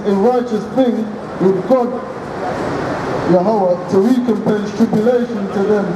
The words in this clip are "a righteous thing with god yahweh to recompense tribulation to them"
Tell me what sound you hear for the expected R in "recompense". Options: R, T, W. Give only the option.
W